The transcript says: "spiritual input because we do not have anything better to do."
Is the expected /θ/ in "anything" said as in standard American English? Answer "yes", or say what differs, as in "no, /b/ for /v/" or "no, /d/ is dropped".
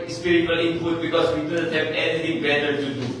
no, /t/ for /θ/